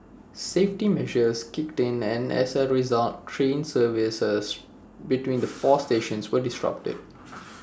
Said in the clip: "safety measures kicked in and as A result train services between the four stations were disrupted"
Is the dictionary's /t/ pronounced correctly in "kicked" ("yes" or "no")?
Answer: yes